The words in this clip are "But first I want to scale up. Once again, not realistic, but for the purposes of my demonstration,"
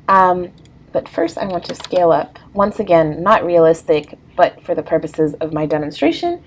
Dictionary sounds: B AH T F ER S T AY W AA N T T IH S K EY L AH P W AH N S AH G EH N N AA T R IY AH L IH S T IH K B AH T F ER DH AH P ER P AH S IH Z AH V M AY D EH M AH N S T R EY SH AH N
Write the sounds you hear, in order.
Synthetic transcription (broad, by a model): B AH T F ER S T AY W AA N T T IH S K EY L AH P W AH N S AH G EH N N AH T R IY AH L IH S T IH K B AH T F ER DH AH P ER P AH S IH Z AH V M AY D EH M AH N S T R EY SH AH N